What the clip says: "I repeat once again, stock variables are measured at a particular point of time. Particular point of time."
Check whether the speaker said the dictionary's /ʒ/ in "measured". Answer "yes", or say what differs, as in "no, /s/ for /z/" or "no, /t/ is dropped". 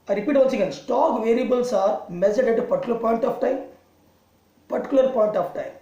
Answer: no, /z/ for /ʒ/